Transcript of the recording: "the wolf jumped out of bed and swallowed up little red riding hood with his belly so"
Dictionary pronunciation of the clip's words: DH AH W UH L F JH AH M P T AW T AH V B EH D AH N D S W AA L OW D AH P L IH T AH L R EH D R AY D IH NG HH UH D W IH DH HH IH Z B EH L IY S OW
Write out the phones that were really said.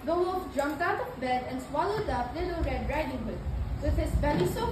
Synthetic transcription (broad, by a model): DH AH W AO F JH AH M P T AW T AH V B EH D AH N S W AA L OW D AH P L IH T AH L R EH D R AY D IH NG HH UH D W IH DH HH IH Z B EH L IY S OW